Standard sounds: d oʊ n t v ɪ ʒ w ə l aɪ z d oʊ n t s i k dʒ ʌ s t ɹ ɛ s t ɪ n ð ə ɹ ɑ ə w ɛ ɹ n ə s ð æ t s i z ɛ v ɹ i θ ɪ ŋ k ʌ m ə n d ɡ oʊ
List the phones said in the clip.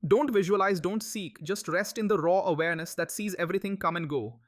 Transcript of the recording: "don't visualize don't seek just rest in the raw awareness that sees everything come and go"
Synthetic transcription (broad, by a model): d oʊ n t v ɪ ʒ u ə l aɪ z d oʊ n t s i k dʒ ʌ s t ɹ ɛ s t ɪ n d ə ɹ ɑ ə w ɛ ɹ n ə s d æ t s i z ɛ v ɹ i t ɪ ŋ k ʌ m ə n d ɡ oʊ